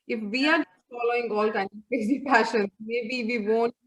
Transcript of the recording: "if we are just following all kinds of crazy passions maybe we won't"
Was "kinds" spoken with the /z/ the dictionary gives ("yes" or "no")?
no